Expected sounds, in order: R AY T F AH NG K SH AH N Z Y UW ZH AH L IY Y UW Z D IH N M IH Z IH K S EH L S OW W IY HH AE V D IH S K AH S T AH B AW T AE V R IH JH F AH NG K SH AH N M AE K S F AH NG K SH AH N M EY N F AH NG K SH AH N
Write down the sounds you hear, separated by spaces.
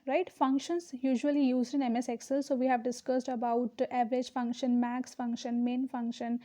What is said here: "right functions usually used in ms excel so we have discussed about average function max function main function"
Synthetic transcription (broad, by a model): R AY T F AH NG K SH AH N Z Y UW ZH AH L IY Y UW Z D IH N M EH S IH K S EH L S OW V IY HH AE V D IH S K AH S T AH B AW T AE V R IH JH F AH NG K SH AH N M AE K S F AH NG K SH AH N M EY N F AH NG K SH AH N